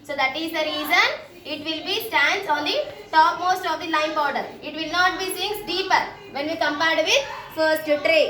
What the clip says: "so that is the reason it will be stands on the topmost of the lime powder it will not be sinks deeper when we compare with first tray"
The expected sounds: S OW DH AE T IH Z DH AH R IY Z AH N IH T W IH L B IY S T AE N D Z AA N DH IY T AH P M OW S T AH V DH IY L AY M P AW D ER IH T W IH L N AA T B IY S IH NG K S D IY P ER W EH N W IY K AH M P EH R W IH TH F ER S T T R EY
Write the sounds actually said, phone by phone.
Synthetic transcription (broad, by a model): S OW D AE T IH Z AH R IY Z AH N IH T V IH L B IY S T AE N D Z AA N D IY T AH P M OW S T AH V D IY L AY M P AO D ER IH T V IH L N AA T B IY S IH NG S D IY P ER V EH N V IY K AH M P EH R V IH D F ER S T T R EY